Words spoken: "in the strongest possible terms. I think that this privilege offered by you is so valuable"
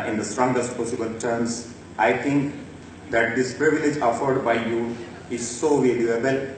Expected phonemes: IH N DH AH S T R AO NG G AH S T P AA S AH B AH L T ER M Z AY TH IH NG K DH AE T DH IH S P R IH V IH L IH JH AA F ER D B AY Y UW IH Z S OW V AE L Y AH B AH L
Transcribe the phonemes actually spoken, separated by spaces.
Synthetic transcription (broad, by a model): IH N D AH S T R AO NG G AH S T P AA S AH B AH L T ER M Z AY T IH NG K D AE T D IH S P R IH V IH L IH JH AA F ER D B AY Y UW IH Z S OW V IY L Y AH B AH L